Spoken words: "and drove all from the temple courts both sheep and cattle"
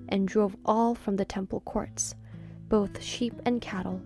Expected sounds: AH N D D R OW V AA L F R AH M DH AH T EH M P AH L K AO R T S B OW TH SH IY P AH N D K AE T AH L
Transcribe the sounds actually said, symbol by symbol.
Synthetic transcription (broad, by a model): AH N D D R OW V AA L F R AH M DH AH T EH M P L K AO R T S B OW TH SH IY P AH N K AE T L